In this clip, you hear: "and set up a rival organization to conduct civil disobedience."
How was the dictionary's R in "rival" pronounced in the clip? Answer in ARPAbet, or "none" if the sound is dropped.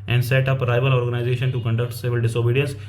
R